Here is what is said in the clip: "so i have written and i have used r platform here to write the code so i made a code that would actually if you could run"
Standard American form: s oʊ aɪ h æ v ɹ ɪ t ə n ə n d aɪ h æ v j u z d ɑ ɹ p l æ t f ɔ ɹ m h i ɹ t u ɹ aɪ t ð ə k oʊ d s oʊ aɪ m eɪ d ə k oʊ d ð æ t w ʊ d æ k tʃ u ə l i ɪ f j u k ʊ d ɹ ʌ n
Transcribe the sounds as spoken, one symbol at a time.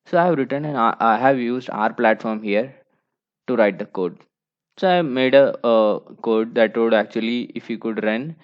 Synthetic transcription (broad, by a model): s oʊ aɪ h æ v ɹ ɪ t ə n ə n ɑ aɪ h æ v j u z d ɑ ɹ p l æ t f ɔ ɹ m h i ɹ t u ɹ aɪ t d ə k oʊ d s oʊ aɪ m eɪ d ə k oʊ d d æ t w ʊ d æ k tʃ u ə l i ɪ f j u k ʊ d ɹ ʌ n